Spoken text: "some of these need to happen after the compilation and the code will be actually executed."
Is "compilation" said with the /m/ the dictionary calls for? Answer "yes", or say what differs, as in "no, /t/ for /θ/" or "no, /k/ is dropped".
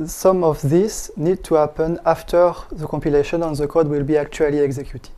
yes